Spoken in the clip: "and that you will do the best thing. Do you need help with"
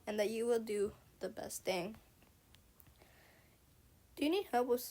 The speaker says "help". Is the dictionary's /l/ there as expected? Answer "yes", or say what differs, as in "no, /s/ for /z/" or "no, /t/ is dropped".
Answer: no, /l/ is dropped